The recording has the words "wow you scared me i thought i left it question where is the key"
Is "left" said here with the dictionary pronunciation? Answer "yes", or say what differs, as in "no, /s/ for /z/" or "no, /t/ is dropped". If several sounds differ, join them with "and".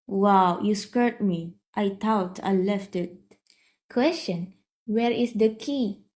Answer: yes